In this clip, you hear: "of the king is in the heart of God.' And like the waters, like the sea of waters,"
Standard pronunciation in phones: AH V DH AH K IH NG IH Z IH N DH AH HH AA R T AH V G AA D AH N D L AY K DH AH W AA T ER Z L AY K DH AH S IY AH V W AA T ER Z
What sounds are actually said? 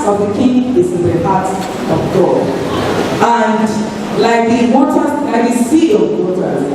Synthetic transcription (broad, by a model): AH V DH AH K IH NG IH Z IH N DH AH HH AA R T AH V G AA AH N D L AY K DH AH W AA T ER L AY K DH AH S IY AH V W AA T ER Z